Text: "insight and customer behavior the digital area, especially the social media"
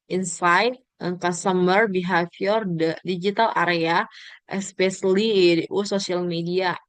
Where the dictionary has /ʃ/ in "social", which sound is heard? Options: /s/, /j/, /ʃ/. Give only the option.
/s/